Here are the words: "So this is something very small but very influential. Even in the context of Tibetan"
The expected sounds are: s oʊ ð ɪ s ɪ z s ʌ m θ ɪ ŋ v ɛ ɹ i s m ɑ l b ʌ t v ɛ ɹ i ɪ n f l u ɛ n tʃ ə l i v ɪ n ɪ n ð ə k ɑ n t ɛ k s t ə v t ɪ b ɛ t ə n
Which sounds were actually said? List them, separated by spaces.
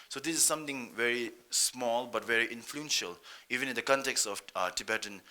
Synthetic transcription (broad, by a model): s oʊ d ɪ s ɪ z s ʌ m t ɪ ŋ v ɛ ɹ i s m ɑ l b ʌ t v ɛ ɹ i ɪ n f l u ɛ n ʃ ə l i v ɪ n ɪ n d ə k ɑ n t ɛ k s t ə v t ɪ b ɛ t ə n